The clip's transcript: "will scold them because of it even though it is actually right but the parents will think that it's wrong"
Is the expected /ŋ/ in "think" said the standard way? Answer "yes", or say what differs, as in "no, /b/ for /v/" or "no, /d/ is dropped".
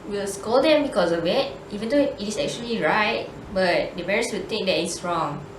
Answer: no, /ŋ/ is dropped